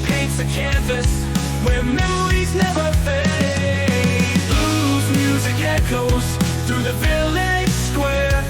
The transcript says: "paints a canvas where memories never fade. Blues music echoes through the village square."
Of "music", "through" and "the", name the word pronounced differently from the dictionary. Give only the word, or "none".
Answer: none